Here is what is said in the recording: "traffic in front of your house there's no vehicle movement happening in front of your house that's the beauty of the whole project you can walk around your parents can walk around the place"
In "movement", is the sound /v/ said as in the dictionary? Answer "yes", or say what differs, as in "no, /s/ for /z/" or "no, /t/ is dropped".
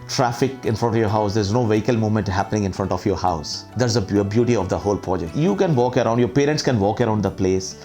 no, /v/ is dropped